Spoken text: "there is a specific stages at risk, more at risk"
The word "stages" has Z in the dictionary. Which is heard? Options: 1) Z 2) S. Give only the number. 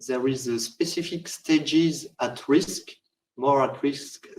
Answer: 1